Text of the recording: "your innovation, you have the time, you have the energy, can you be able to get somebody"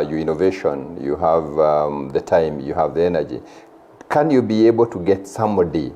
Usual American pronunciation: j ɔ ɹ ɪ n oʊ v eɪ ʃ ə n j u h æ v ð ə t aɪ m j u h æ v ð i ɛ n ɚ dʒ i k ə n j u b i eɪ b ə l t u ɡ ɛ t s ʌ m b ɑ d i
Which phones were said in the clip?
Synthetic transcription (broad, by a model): j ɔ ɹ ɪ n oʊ v eɪ ʃ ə n j u h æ v ð ə t aɪ m j u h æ v ð i ɛ n ɚ dʒ i k ə n j u b i eɪ b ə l t u ɡ ɛ t s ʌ m b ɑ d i